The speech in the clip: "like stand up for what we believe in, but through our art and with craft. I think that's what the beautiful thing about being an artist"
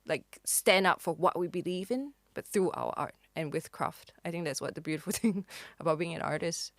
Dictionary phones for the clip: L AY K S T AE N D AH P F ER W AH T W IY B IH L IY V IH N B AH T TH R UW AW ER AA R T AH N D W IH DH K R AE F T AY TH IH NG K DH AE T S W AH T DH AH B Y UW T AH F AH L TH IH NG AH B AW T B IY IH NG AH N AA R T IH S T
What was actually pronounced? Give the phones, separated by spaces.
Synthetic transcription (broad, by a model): L AY K S T AE N D AH P F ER W AH T W IY B IH L IY V IH N B AH T TH R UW AW ER AA R T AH N W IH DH K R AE F T AY TH IH NG K DH AE T S W AH T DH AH B Y UW T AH F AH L TH IH NG AH B AW T B IY IH NG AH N AA R T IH S T